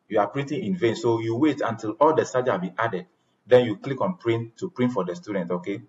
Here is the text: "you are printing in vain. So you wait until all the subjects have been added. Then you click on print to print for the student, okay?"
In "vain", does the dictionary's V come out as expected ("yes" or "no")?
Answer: yes